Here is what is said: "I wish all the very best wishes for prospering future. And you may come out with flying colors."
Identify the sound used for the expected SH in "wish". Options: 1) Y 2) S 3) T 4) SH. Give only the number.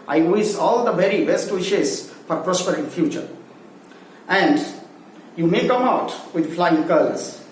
2